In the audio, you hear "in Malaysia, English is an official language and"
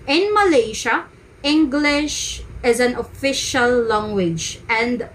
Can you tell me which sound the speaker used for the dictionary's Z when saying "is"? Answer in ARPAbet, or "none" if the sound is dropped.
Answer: Z